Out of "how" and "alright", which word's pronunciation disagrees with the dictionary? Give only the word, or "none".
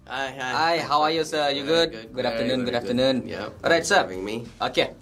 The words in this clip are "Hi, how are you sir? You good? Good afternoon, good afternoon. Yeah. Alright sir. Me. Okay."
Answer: alright